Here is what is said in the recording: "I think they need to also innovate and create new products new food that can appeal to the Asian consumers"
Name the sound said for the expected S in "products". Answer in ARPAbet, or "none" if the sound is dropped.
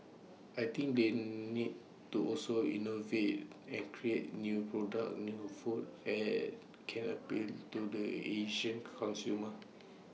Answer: none